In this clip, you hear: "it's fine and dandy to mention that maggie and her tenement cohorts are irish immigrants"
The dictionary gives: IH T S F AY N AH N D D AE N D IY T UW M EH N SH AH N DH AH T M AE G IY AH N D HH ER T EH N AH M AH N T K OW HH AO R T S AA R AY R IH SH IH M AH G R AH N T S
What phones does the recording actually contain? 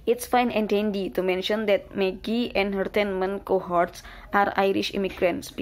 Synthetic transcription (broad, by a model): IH T S F AY N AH N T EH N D IY T UW M EH N SH AH N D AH T M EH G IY AH N D HH ER T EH N M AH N K OW HH AO R T S AA R AY R IH SH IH M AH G R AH N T S